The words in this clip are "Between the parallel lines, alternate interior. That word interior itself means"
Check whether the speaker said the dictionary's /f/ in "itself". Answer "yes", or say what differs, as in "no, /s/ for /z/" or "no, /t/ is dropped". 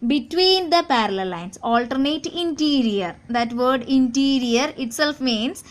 yes